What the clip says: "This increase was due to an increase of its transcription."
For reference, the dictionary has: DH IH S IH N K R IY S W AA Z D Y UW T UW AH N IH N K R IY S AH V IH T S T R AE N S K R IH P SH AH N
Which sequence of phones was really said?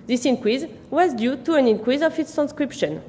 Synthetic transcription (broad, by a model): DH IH S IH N K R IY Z W AA Z D Y UW T UW AH N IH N K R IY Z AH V IH T S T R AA N S K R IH P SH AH N